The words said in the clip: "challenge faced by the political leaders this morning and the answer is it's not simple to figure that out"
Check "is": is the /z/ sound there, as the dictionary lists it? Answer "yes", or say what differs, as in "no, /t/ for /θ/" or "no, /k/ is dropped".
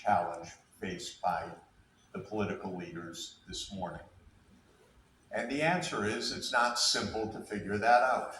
yes